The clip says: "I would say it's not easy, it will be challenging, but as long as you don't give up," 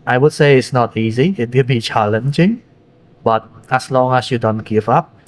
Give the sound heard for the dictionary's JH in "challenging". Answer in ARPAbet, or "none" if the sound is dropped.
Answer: CH